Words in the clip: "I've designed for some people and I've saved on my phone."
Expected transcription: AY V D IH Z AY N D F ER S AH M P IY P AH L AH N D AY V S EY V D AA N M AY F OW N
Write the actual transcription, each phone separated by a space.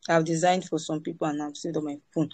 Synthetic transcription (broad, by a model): AY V D IH Z AY N D F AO S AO M P IY P AH L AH N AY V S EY D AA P M AY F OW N